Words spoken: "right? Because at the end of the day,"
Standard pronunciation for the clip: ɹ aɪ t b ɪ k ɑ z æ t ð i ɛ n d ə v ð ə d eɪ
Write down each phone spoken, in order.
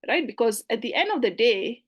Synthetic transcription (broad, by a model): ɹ aɪ t b ɪ k ɑ z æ t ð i ɛ n d ə v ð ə d eɪ